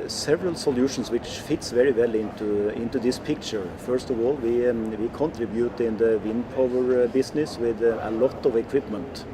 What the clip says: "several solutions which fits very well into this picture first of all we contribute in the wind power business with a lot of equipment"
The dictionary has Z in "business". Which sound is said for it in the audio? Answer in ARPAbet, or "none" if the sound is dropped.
S